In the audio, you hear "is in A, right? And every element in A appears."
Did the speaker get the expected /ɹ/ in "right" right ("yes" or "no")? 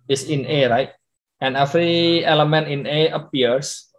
yes